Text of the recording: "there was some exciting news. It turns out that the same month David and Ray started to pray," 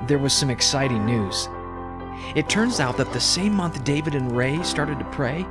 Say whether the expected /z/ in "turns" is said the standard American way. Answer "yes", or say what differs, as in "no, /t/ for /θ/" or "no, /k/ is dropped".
yes